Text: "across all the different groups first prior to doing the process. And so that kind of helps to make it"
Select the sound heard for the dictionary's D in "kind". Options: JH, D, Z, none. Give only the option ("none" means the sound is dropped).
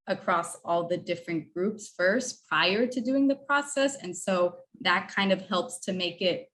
D